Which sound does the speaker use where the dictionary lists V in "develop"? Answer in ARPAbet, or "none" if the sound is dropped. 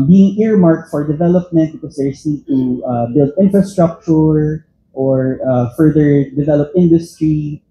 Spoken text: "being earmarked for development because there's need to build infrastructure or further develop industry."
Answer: V